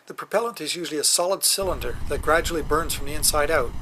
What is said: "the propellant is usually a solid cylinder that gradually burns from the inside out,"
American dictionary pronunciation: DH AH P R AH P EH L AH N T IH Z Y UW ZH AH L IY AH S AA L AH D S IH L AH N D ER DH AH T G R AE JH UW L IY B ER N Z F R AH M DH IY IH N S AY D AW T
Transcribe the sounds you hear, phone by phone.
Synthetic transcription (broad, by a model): DH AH P R AH P EH L AH N T IH Z Y UW ZH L IY AH S AA L AH D S IH L AH N D ER DH AH T G R AE JH UW L IY B ER N Z F R AH M DH IY IH N S AY D AW T